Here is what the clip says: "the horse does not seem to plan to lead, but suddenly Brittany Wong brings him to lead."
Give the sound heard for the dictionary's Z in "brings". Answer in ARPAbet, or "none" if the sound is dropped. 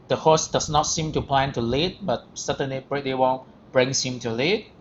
S